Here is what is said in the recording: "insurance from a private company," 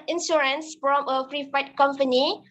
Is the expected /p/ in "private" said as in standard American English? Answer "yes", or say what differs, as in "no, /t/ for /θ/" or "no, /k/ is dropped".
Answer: no, /f/ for /p/